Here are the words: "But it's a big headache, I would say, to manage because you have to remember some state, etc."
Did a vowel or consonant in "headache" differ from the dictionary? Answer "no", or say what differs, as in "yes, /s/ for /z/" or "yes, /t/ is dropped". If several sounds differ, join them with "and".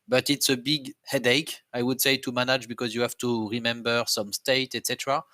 no